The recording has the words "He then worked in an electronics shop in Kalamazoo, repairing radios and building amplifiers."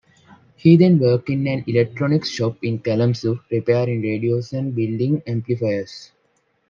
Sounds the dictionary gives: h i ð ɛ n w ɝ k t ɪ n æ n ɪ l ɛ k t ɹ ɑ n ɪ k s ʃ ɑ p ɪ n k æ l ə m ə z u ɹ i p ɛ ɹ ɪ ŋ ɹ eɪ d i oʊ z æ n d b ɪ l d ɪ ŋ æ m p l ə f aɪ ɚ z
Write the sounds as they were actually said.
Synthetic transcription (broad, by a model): h i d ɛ n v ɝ k ɪ n æ n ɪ l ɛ k t ɹ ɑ n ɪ k ʃ ɑ p ɪ n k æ l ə m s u ɹ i p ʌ ɹ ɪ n ɹ eɪ d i oʊ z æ n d b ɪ l d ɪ ŋ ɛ m p l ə f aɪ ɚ s